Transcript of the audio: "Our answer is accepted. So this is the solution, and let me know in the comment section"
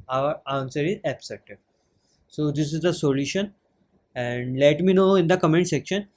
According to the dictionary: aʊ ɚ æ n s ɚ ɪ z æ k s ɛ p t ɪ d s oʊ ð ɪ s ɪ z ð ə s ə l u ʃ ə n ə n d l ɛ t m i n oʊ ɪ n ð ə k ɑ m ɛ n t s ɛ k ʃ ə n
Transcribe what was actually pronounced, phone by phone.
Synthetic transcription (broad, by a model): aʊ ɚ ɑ n s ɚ ɪ z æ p s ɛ t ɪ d s oʊ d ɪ s ɪ z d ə s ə l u ʃ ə n ə n d l ɛ t m i n oʊ ɪ n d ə k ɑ m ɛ n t s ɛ k ʃ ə n